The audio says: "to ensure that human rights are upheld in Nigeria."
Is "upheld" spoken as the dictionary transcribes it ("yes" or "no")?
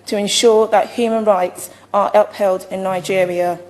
yes